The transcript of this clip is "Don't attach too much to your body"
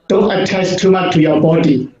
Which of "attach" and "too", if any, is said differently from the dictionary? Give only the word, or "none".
attach